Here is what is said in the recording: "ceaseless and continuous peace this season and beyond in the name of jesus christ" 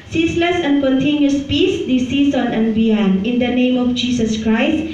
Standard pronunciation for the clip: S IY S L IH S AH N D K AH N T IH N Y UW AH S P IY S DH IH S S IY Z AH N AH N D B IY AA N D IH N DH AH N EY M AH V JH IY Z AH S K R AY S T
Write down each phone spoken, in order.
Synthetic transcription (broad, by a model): S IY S L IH S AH N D K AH N T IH N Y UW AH S P IY S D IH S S IY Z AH N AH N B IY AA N IH N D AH N EY M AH F JH IY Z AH S K R AY S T